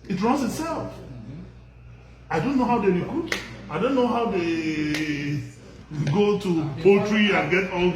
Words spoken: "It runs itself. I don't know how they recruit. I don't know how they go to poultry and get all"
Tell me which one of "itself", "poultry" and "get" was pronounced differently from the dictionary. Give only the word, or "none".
none